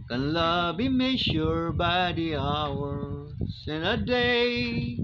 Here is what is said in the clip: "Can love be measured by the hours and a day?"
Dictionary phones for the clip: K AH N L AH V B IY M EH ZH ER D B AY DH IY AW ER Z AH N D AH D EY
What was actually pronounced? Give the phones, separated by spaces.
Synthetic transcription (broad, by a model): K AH N L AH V B IY M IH SH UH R B AY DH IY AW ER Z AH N AH D EY